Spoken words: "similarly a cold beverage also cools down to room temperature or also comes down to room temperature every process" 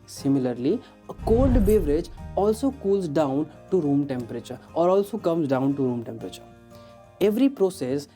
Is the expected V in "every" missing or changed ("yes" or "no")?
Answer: no